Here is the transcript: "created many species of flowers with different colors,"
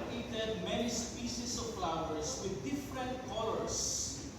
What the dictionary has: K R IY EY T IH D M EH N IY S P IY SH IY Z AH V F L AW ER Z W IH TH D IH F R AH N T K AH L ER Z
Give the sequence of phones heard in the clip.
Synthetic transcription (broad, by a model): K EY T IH D M EH N IY S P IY S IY S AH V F L AW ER S W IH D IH F R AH N T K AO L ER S